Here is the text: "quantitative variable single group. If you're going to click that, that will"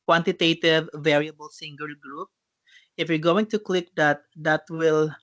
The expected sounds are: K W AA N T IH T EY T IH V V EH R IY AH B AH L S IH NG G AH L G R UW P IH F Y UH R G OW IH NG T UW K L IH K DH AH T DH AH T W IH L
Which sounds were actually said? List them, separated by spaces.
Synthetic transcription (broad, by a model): K W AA N T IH T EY T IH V V EH R IY AH B AH L S IH NG G AH L G R UW P IH F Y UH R G OW IH NG T UW K L IH K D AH T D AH T W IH L